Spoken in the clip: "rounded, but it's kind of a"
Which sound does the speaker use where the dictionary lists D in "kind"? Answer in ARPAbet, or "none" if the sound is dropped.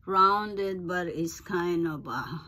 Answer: none